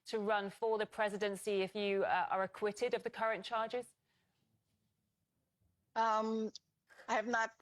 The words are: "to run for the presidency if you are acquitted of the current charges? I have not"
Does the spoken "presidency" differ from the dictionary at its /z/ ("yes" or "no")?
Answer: no